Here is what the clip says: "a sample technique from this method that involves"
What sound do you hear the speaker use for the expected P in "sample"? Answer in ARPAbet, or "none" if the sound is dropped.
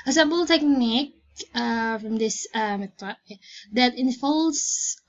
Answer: B